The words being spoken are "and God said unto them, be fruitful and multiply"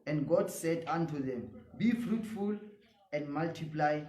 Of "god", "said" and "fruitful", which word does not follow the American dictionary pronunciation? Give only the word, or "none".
none